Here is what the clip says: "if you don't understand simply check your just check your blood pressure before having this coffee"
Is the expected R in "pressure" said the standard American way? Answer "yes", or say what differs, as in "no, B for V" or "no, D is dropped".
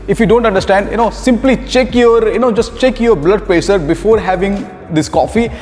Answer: no, R is dropped